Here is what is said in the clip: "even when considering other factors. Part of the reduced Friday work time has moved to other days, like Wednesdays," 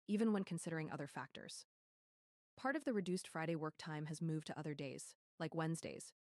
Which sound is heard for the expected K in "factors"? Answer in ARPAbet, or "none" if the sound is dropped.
K